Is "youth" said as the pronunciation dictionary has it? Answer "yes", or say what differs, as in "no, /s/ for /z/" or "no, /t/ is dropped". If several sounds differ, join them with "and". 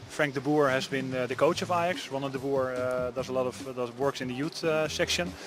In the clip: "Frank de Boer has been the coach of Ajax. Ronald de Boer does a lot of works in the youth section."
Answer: no, /t/ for /θ/